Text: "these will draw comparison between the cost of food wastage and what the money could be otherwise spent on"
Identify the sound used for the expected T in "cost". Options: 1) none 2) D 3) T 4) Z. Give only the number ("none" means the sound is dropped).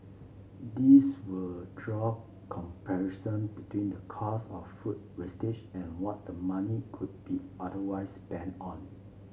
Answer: 1